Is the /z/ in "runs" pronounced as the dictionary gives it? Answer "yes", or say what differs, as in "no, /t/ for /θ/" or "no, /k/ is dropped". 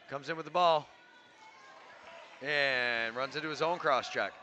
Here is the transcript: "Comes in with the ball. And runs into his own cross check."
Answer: yes